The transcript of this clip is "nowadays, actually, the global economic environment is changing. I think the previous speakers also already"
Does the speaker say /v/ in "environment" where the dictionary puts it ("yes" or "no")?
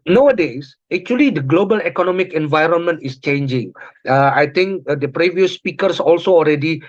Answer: yes